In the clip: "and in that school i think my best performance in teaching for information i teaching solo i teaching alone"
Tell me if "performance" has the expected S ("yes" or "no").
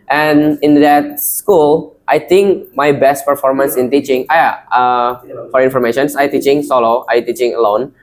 yes